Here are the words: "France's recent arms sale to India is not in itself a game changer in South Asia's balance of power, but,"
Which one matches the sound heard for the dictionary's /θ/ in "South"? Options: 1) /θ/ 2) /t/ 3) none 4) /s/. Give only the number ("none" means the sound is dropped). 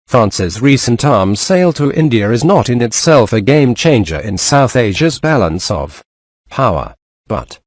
1